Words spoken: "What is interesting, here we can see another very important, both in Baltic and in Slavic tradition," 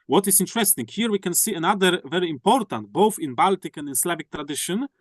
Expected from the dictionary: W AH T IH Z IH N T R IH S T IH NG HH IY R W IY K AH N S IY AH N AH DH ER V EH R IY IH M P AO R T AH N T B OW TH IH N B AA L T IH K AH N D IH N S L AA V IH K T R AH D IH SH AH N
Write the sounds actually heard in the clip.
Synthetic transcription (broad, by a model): W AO T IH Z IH N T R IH S T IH NG HH IY R W IY K AH N S IY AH N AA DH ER V EH R IY IH M P AO R T AH N T B OW TH IH N B AA L T IH K AH N D IH N S L AA V IH K T R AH D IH SH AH N